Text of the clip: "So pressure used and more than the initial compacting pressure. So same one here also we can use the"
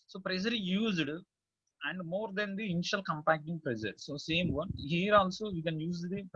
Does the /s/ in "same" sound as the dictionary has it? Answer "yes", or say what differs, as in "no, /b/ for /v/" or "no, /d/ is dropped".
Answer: yes